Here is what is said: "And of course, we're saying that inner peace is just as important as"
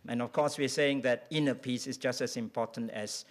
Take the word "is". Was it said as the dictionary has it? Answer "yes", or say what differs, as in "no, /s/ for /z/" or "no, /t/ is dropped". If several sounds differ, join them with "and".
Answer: no, /s/ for /z/